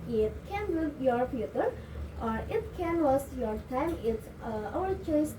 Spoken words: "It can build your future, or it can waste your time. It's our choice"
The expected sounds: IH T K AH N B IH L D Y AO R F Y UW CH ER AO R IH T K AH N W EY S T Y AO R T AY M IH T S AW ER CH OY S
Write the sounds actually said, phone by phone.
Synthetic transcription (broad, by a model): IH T K AH N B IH D Y AO R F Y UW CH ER AO R IH T K AH N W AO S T Y AO R T AY M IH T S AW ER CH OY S